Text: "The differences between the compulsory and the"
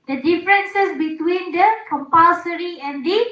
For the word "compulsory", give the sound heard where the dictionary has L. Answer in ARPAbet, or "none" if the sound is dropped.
none